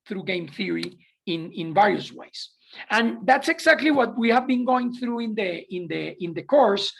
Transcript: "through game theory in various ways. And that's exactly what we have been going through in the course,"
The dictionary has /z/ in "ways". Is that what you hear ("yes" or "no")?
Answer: no